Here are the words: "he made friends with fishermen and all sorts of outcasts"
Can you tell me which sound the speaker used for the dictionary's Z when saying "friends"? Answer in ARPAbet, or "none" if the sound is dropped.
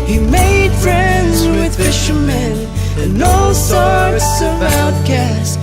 Z